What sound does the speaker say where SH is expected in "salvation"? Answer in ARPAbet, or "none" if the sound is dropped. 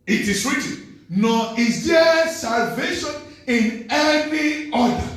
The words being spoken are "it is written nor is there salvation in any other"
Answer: SH